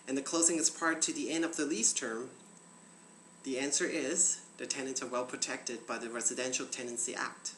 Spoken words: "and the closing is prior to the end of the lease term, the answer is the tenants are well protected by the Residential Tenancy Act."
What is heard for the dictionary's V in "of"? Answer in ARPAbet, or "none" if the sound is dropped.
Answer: V